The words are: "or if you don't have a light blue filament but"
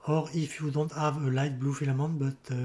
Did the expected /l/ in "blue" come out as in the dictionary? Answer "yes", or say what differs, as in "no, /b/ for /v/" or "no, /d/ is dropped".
yes